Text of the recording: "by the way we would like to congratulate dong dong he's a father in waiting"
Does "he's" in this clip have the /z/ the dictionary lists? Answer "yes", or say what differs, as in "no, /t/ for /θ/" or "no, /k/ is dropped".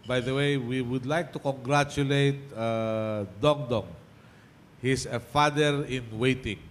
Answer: no, /s/ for /z/